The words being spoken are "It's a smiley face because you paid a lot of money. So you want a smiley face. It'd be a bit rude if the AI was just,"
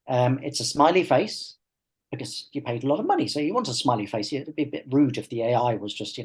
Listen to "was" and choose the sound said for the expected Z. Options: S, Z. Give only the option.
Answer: Z